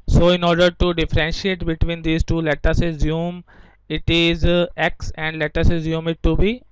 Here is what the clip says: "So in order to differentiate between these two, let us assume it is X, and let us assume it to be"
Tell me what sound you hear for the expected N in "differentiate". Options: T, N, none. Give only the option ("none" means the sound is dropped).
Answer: N